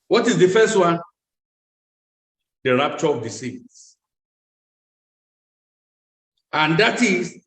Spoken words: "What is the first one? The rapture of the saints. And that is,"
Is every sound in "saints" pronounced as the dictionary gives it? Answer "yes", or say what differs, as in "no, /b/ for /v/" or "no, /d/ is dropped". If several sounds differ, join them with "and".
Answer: no, /n/ is dropped